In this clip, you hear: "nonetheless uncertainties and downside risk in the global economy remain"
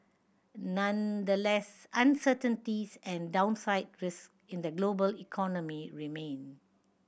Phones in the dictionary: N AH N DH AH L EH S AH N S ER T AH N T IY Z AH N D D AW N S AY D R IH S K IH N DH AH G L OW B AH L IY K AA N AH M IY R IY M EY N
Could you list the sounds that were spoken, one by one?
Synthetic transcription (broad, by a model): N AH N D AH L EH S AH N S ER T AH N T IY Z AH N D D AW N S AY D R IH S K IH N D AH G L OW B AH L IY K AA N AH M IY R IY M EY N